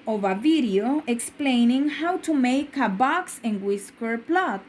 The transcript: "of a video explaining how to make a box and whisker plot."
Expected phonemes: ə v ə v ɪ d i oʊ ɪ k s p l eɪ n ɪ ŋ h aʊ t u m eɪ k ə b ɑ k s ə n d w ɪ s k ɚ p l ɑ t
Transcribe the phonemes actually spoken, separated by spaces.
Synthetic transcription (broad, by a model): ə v ə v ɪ d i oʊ ɪ k s p l eɪ n ɪ ŋ h aʊ t u m eɪ k ə b ɑ k s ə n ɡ w ɪ s k ɚ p l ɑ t